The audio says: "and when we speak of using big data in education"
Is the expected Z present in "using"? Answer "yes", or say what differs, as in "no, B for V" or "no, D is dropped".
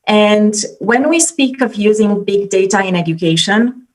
yes